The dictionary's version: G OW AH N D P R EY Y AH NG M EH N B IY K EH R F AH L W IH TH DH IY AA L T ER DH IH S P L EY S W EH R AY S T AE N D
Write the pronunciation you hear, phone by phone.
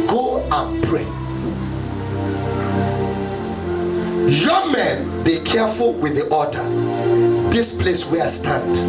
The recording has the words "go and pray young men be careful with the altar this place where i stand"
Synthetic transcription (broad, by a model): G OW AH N P R EY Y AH M EH N B IY K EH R F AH L W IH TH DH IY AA T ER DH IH S P L EY S W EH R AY S T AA N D